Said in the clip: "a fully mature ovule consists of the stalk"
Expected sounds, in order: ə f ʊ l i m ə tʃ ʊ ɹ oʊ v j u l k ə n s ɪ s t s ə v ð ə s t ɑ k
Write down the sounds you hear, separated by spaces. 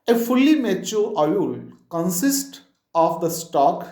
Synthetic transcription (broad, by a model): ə f ʊ l i m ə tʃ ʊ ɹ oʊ j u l k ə n s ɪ s t ə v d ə s t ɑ k